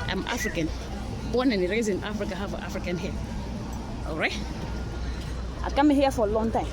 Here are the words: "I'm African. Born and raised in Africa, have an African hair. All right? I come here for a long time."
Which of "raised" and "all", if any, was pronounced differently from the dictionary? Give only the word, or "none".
raised